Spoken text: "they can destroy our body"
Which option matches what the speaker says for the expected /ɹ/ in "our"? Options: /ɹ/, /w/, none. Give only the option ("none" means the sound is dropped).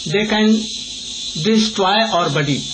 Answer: /ɹ/